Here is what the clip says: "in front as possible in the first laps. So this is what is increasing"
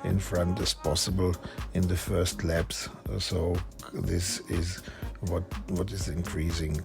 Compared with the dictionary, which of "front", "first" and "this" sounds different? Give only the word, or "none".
none